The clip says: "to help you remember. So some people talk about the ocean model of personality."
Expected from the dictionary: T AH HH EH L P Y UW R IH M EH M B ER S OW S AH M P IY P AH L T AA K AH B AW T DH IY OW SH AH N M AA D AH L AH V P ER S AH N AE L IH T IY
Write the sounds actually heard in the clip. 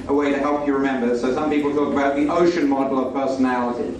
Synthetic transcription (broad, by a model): T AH HH EH L P Y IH R IH M EH M B ER S OW S AH M P IY P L T AA K AH B AW T DH IY OW SH AH N M AA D L AH V P ER S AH N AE L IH T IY